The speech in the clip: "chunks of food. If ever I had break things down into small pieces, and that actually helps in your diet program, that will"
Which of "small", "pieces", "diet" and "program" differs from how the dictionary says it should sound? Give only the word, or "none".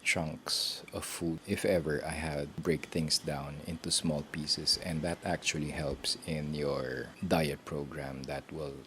pieces